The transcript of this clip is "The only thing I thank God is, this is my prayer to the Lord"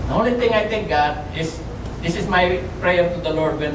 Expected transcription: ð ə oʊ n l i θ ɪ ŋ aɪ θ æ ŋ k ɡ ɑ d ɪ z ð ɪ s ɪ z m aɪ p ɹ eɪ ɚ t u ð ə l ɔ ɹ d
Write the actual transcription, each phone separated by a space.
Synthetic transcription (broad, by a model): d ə oʊ n l i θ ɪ ŋ aɪ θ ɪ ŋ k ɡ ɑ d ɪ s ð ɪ s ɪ s m aɪ p ɹ eɪ ɚ t u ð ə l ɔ ɹ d